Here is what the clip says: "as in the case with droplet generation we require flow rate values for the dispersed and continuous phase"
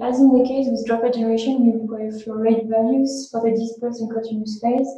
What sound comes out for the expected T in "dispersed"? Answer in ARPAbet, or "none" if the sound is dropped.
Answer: none